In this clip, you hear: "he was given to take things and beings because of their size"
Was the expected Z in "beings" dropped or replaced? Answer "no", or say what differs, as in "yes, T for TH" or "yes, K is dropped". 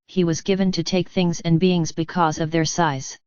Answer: no